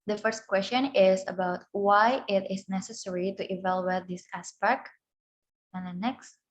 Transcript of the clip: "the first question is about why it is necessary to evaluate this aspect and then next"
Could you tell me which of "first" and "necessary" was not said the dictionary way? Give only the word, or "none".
none